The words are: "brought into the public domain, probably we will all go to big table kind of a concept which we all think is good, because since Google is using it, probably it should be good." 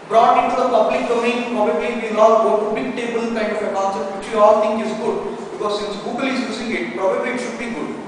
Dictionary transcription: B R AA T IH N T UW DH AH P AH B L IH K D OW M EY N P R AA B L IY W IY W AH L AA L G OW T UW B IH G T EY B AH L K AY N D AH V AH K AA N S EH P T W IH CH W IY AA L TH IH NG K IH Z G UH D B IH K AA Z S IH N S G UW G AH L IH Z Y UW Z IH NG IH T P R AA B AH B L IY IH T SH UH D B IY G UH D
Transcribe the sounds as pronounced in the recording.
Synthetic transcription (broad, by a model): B R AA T IH N T UW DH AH P AH B L IH K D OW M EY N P AA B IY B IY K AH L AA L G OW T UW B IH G T EY B AH L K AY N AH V AH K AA N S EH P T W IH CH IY AA L T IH NG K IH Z G UH D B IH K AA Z S IH N S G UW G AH L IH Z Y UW S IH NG IH T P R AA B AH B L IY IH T SH UH D B IY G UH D